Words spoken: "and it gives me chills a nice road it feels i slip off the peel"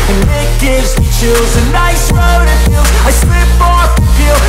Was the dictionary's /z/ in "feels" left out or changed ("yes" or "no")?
yes